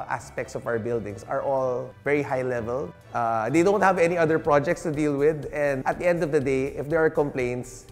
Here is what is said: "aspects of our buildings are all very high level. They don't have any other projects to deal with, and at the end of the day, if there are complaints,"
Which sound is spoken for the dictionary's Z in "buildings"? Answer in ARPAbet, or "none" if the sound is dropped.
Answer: S